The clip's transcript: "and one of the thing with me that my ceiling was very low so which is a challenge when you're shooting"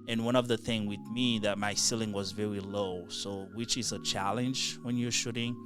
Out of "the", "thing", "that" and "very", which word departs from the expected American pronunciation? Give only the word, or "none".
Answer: none